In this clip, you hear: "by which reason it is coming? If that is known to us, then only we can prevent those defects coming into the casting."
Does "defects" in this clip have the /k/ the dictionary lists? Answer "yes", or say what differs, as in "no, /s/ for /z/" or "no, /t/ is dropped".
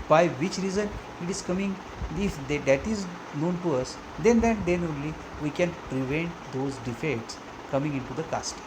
no, /k/ is dropped